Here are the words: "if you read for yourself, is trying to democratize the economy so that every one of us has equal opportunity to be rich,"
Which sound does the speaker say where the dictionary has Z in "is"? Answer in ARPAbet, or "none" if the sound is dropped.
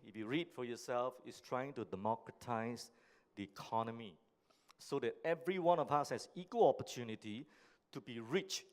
S